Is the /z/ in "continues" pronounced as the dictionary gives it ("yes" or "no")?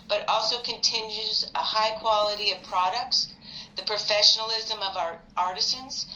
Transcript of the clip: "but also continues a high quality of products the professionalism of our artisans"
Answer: yes